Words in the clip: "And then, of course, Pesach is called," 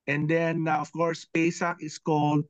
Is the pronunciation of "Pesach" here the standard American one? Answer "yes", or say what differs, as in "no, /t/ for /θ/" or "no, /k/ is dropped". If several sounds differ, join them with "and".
yes